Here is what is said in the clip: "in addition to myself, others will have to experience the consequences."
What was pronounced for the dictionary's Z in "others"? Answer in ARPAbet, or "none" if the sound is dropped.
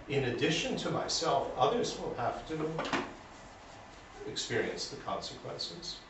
Z